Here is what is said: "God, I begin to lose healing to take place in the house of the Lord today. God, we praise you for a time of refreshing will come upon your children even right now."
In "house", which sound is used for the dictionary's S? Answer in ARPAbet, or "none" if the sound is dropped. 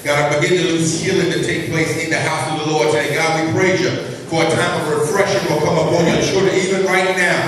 S